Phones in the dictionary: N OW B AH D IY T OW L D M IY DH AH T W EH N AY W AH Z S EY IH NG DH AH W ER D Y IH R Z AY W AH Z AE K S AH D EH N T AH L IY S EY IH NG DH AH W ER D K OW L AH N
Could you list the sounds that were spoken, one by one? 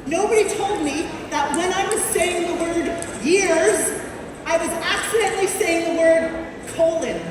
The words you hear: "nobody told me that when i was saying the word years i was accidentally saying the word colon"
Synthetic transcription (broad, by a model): N OW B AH D IY T OW L D M IY DH AH T W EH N AY W AH Z S EY IH NG DH AH W ER D Y IH R Z AY W AH Z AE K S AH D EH N T L IY S EY IH NG DH AH W ER D K OW L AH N